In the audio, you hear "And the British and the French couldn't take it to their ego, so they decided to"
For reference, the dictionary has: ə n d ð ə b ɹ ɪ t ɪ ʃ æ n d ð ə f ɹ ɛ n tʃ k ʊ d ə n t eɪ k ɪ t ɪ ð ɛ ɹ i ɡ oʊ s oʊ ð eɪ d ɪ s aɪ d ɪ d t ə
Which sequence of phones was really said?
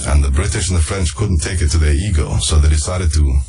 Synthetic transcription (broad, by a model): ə n ð ə b ɹ ɪ t ɪ ʃ n ð ə f ɹ ɛ n tʃ k ʊ d n t eɪ k ɪ t ɪ ð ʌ ɹ i ɡ oʊ s oʊ ð eɪ d ɪ s aɪ d ɪ d t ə